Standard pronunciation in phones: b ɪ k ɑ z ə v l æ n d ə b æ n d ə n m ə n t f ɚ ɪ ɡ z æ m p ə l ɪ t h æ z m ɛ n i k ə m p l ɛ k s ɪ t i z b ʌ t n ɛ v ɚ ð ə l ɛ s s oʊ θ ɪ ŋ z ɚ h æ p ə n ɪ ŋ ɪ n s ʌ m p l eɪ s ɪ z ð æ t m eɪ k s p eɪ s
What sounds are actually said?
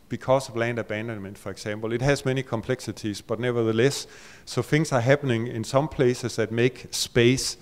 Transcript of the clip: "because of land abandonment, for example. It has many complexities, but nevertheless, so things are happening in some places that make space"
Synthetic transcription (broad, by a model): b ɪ k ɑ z ə v l æ n d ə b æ n d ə n m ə n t f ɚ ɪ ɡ s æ m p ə l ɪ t h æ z m ɛ n i k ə m p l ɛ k s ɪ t i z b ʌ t n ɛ v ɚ ð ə l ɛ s s oʊ θ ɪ ŋ s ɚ h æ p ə n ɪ ŋ ɪ n s ʌ m p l eɪ s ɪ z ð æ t m eɪ k s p eɪ s